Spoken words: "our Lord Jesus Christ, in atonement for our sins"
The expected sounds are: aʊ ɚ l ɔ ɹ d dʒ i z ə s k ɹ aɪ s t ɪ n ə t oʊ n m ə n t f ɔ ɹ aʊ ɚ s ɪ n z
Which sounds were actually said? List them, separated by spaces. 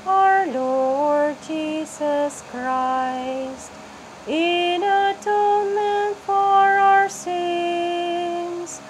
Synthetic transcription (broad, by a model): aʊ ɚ l ɔ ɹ d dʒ i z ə s k ɹ aɪ s t ɪ n ə t oʊ n m ə n t f ɔ ɹ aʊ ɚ s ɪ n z